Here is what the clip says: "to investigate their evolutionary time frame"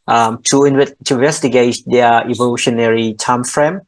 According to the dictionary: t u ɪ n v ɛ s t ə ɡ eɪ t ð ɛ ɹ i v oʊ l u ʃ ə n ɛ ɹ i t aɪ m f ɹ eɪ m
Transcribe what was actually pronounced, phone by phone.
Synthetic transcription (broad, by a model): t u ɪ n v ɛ s t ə ɡ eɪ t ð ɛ i v oʊ l u ʃ ə n ɛ ɹ i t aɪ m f ɹ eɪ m